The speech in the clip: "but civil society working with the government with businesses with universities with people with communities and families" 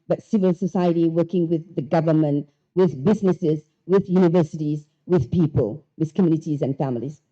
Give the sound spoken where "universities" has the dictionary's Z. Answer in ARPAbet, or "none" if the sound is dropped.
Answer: Z